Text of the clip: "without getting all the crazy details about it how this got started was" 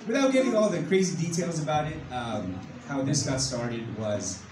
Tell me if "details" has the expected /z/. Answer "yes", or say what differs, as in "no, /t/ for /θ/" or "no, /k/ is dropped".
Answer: yes